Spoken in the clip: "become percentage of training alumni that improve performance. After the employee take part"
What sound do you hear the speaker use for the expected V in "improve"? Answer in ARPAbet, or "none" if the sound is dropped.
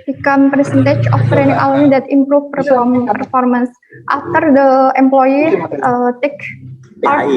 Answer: F